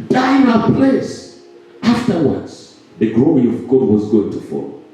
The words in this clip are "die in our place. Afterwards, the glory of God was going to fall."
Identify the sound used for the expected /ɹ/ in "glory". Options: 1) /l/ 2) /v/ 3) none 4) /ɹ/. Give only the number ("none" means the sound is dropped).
3